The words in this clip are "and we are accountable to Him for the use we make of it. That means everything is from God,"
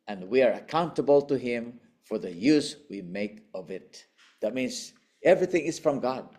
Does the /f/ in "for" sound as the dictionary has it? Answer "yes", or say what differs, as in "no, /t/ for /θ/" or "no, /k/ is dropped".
yes